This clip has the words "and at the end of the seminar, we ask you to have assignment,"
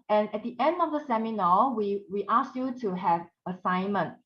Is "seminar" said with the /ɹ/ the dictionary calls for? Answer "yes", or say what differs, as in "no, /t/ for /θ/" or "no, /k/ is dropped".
no, /w/ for /ɹ/